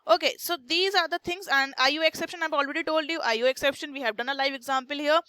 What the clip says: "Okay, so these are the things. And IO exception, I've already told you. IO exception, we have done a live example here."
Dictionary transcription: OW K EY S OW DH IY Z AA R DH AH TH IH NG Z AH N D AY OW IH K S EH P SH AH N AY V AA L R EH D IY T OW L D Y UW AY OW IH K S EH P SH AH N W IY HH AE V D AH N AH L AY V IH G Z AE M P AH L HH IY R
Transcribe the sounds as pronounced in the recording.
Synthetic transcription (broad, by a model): OW K EY S OW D IY Z AA R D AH T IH NG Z AH N D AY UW IH K S EH P SH AH N AY V AA L R EH D IY T OW L D Y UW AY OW IH K S EH P SH AH N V IY HH AE V D AH N AH L AY V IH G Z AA M P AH L HH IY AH